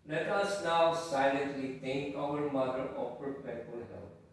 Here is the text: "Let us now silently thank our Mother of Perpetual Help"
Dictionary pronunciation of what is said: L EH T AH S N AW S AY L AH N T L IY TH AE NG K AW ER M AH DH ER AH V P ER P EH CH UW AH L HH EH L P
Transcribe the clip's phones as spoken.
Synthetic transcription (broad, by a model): L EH T AH S N AW S AY L AH N T L IY T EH NG K AW ER M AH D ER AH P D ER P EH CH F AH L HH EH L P